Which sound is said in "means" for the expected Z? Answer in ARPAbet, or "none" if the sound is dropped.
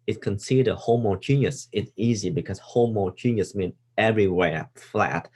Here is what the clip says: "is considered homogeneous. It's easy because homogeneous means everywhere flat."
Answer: none